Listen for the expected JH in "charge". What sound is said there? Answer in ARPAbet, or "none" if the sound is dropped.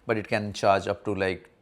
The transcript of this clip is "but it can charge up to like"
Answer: JH